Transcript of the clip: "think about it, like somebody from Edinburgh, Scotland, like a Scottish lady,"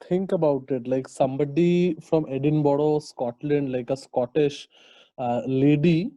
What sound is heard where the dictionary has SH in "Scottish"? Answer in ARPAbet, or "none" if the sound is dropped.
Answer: SH